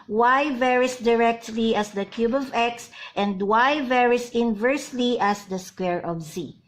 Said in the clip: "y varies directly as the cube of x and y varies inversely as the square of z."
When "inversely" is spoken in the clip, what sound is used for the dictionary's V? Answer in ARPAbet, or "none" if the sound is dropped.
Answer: V